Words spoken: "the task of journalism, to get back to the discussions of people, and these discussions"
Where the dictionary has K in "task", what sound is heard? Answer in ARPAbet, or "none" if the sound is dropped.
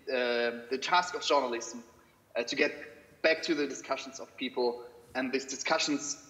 K